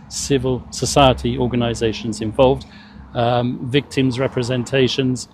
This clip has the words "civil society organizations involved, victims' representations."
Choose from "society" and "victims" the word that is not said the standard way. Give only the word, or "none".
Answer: none